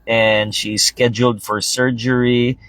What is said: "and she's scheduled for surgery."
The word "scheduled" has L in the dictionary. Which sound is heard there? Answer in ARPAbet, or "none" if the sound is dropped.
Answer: L